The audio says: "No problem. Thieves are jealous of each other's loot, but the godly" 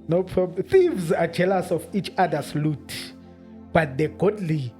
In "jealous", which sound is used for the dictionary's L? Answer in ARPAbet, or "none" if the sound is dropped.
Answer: L